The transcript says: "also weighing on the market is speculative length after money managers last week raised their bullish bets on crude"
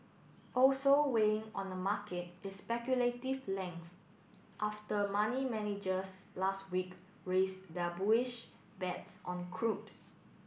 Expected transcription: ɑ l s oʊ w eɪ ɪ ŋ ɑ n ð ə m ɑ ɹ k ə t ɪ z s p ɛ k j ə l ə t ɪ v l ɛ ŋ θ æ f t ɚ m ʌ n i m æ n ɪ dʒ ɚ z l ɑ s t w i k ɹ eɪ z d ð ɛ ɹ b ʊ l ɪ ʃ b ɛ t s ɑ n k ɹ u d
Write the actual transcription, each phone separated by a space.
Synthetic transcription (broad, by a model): ɑ l s oʊ w eɪ ɪ ŋ ɑ n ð ə m ɑ k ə t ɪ s p ɛ k j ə l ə t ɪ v l ɛ ŋ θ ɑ f t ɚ m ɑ n i m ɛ n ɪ dʒ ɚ s l ɑ s t w i k ɹ eɪ s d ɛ b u ɪ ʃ b ɛ t s ɑ n k ɹ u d